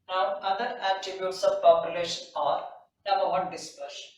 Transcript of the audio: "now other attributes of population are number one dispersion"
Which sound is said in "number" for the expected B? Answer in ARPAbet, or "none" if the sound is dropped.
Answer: none